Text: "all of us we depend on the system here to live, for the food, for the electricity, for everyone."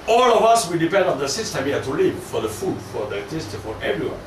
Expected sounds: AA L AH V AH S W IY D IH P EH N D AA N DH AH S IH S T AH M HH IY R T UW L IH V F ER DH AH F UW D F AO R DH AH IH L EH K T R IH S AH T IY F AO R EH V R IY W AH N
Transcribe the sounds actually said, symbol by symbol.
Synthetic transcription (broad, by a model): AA L AH V AH S W IY D IH P EH N D AA N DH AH S IH S T AH M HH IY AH T UW L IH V F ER DH AH F UW D F AO R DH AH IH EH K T IH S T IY F AO R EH V R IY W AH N